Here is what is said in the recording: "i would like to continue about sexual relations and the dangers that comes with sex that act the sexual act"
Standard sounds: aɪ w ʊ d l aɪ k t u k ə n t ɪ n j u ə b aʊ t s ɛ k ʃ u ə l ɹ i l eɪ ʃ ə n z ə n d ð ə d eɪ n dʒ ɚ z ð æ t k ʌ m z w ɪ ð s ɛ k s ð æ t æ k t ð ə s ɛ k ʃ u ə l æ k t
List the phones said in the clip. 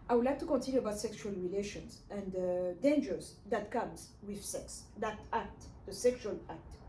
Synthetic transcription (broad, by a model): aɪ w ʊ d l aɪ k t u k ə n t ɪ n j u ə b aʊ t s ɛ k ʃ u ə l ɹ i l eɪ ʃ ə n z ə n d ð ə d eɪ n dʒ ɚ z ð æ t k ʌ m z w ɪ ð s ɛ k s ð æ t æ k t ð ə s ɛ k ʃ u ə l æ k t